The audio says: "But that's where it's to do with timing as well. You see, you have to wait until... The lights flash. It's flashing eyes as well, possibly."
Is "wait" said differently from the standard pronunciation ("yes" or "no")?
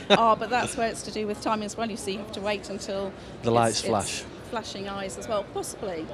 no